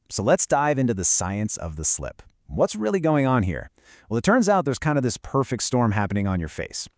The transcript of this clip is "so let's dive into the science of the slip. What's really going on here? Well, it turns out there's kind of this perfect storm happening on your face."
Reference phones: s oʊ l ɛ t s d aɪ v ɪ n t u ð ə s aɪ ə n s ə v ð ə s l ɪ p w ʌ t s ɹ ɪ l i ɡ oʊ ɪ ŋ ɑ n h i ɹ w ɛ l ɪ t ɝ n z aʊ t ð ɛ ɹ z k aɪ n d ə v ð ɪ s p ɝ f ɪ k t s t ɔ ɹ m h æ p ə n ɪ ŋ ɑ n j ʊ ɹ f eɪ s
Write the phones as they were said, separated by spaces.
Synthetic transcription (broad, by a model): s oʊ l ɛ t s d aɪ v ɪ n t u ð ə s aɪ ə n s ə v ð ə s l ɪ p w ʌ t s ɹ ɪ l i ɡ oʊ ɪ ŋ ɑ n h i ɹ w ɛ l ɪ t ɝ n z aʊ t ð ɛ ɹ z k aɪ n d ə v ð ɪ s p ɝ f ɪ k t s t ɔ ɹ m h æ p ə n ɪ ŋ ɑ n j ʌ ɹ f eɪ s